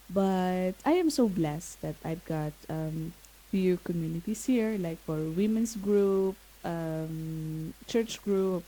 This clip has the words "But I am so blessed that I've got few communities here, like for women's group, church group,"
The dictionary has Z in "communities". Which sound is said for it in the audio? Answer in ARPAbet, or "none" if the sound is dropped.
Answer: S